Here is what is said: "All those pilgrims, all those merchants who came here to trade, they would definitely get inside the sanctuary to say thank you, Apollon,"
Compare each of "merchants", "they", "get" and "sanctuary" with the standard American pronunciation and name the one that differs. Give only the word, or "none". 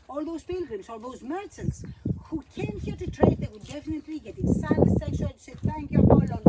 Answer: sanctuary